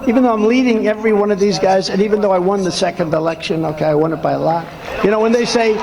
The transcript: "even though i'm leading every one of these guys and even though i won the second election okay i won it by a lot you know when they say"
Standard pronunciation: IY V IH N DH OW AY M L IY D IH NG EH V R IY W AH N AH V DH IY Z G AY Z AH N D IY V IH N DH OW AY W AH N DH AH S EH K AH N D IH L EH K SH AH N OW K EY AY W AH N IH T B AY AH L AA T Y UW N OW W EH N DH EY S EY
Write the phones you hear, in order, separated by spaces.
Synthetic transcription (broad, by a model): IY V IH N DH OW AY M L IY D IH NG EH V R IY W AH N AH V DH IY Z G AY Z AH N IY V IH N DH OW AY W AH N DH AH S EH K AH N D IH L EH K SH AH N OW K EY AY W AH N IH T B AY AH L AA T Y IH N OW W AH N DH EY S EY